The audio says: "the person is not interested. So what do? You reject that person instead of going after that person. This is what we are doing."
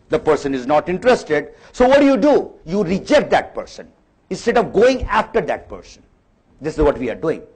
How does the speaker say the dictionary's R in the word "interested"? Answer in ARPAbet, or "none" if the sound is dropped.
R